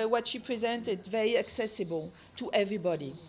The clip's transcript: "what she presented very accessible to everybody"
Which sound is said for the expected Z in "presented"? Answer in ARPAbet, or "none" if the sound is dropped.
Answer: Z